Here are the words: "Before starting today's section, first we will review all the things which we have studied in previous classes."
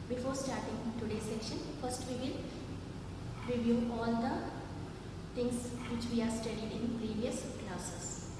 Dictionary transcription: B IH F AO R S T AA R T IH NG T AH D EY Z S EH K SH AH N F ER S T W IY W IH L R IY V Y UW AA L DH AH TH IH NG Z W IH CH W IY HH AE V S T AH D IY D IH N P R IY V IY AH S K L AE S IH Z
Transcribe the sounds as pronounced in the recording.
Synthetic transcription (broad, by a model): B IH F AO R S T AA R T IH NG T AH D EY S EH K SH AH N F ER S T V IY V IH L R IY V Y UW AA L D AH T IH NG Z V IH CH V IY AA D S T AH D IY D IH N P R IY V IY AH S K L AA S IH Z